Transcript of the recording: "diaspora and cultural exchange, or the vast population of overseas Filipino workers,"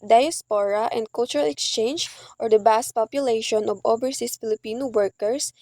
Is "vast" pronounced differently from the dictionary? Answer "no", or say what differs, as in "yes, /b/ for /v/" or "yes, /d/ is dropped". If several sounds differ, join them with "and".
yes, /b/ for /v/